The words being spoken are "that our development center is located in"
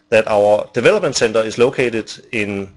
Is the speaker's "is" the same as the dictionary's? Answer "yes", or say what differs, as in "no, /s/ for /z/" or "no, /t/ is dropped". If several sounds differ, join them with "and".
no, /s/ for /z/